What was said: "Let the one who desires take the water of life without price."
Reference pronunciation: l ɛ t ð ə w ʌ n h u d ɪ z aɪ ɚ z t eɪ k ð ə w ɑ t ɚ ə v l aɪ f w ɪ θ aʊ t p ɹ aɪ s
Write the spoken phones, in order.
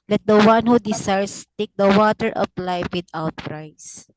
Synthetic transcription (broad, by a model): l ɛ t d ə w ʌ n h u d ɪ s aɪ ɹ s t eɪ k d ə w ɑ t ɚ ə p l aɪ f w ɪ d aʊ t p ɹ aɪ s